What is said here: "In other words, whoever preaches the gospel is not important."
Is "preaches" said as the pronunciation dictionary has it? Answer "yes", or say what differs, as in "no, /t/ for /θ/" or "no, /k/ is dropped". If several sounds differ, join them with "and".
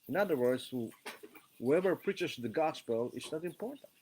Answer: no, /s/ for /z/